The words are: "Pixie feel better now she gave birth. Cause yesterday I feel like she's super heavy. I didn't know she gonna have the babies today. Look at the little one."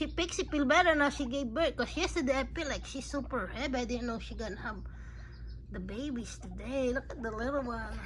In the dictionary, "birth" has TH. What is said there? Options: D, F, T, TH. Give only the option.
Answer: T